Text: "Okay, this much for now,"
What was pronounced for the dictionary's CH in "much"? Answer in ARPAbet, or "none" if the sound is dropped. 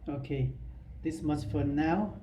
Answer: S